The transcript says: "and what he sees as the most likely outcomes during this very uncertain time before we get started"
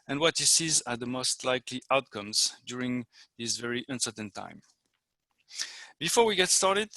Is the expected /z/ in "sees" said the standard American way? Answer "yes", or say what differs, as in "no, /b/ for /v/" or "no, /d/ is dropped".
yes